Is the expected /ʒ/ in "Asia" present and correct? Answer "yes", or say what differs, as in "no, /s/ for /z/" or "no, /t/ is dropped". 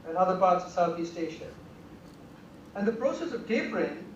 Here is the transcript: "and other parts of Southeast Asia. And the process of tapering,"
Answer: no, /ʃ/ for /ʒ/